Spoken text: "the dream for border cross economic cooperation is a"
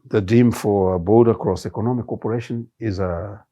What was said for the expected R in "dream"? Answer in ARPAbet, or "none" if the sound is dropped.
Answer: none